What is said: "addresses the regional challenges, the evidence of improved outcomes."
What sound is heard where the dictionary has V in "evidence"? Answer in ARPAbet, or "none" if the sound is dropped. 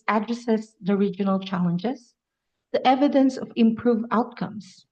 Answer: V